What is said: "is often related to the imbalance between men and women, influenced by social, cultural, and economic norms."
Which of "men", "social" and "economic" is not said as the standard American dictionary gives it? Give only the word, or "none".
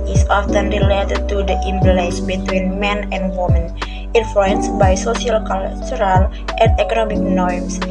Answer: social